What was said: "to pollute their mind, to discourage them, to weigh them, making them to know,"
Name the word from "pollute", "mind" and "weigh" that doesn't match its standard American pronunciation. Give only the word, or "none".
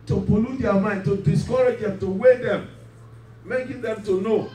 pollute